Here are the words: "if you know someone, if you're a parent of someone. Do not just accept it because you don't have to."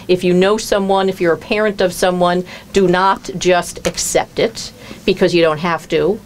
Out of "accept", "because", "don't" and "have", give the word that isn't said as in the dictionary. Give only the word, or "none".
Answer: have